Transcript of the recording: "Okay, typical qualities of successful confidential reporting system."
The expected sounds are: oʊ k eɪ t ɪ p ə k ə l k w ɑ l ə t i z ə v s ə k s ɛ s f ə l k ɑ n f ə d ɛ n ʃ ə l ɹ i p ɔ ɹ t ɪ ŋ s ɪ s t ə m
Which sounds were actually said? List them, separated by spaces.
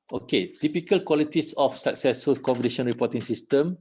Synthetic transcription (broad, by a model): oʊ k eɪ t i p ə k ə l k w ɑ l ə t i s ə f s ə k s ɛ s f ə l k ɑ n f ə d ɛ ʃ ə n ɹ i p ɔ t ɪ ŋ s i s t ə m